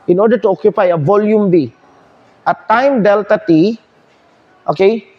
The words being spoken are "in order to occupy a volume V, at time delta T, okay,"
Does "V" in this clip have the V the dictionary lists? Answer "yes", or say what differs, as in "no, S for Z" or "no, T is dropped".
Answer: no, B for V